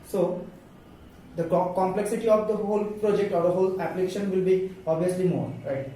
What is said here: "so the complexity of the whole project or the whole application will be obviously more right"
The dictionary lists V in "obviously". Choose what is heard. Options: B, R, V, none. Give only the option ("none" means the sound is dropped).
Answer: none